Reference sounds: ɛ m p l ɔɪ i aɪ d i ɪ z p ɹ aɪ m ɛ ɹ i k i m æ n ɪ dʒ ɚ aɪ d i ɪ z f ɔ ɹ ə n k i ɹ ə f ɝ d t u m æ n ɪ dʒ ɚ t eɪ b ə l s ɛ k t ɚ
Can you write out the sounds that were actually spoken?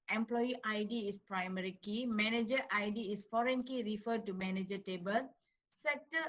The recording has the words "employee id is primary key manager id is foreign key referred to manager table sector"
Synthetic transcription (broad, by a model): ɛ m p l ɔɪ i aɪ d i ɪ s p ɹ aɪ m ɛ ɹ i k i m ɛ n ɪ dʒ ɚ aɪ d i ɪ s f ɔ ɹ ə n k i ɹ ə f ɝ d t u m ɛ n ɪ dʒ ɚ t eɪ b ə l s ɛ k t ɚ